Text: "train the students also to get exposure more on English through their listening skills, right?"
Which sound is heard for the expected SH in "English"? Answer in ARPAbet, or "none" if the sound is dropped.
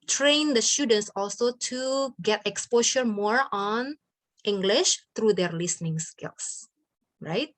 SH